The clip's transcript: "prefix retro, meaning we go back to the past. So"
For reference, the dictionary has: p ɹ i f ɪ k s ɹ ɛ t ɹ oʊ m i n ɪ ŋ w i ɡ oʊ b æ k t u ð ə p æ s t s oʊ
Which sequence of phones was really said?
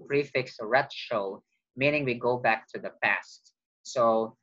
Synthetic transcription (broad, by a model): p ɹ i f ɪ k s ɹ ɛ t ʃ oʊ m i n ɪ ŋ w i ɡ oʊ b æ k t u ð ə p æ s t s oʊ